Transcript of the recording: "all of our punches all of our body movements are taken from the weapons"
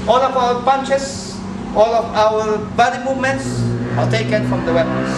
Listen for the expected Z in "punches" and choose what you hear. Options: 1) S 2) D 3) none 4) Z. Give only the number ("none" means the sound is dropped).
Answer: 1